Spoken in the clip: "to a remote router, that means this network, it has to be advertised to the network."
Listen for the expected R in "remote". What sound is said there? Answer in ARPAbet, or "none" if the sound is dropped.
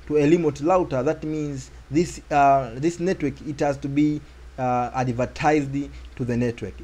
L